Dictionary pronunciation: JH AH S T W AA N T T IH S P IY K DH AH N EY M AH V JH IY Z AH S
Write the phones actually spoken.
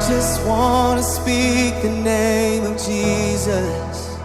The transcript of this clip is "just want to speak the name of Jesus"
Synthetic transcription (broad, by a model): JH AH S T W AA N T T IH S P IY K DH AH N EY M AH V JH IY Z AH S